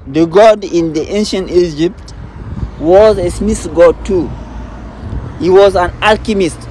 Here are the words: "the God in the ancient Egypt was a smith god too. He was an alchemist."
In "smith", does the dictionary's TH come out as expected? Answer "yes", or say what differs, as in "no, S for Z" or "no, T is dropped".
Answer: no, S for TH